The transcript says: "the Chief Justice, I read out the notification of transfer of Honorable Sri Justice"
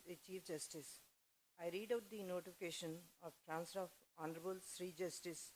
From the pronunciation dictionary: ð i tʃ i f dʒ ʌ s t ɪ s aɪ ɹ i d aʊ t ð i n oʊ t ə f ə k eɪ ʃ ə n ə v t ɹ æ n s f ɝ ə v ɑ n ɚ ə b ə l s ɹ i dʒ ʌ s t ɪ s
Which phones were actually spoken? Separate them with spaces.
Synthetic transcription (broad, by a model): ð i tʃ i f dʒ ʌ s t ɪ s aɪ ɹ i d aʊ t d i n oʊ t ə f ə k eɪ ʃ ə n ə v t ɹ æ n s ɝ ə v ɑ n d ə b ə l s ɹ i dʒ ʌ s t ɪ s